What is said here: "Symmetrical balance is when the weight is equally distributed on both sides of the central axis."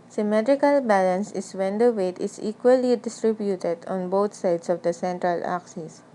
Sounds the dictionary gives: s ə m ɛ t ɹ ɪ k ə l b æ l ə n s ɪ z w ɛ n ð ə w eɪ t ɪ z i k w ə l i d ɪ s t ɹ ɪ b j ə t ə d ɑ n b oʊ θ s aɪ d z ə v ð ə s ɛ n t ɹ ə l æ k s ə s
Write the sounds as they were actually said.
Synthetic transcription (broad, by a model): s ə m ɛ t ɹ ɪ k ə l b æ l ə n s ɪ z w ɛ n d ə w eɪ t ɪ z i k w ə l i d ɪ s t ɹ ɪ b j ə t ə d ɑ n b oʊ t s aɪ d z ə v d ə s ɛ n t ɹ ə l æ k s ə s